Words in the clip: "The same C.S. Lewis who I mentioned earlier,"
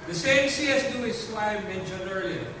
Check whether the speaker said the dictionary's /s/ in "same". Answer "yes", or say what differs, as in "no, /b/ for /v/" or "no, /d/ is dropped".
yes